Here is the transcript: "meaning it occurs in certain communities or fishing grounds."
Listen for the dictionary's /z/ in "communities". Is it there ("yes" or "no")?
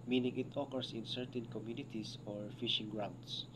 no